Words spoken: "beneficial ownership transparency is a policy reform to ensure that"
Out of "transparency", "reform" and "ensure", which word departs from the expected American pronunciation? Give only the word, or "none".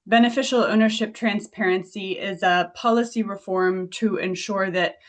none